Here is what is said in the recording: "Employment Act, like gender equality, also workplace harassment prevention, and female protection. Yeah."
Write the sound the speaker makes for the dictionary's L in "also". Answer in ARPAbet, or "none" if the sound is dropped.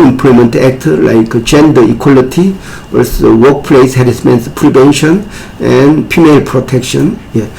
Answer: none